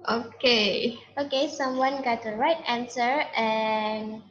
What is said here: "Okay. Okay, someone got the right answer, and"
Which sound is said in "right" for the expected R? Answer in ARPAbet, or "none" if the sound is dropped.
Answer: R